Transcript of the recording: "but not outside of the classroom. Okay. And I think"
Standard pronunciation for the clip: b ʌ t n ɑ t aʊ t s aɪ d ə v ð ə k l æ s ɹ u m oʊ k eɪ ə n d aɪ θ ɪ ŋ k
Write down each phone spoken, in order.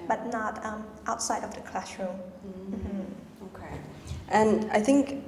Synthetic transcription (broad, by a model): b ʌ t n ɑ t aʊ t s aɪ d ə v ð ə k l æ ʃ ɹ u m oʊ k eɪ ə n aɪ θ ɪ ŋ k